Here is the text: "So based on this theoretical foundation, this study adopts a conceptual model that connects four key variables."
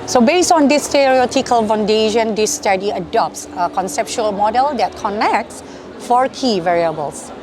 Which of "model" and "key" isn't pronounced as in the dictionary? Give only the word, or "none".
none